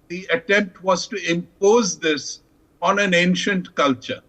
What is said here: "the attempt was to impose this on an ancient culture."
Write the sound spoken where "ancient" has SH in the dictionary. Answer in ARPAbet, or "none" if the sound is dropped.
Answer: SH